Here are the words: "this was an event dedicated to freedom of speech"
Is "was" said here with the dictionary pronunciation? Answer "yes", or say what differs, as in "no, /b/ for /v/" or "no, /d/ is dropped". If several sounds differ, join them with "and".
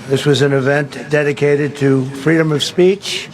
yes